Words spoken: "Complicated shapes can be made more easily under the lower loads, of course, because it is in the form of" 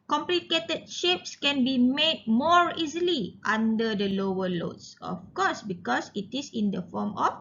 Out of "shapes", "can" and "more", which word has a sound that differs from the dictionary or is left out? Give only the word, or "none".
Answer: none